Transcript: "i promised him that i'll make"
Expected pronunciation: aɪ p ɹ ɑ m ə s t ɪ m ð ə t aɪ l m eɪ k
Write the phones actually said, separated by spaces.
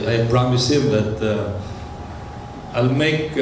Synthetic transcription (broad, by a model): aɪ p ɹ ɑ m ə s ɪ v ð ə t aɪ l m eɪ k